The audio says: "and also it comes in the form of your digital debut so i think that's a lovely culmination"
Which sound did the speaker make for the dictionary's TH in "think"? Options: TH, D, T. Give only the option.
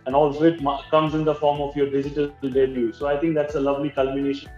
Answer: T